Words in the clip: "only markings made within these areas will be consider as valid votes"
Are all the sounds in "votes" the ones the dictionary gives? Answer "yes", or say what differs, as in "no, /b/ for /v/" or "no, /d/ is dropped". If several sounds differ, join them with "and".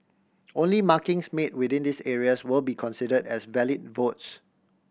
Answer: yes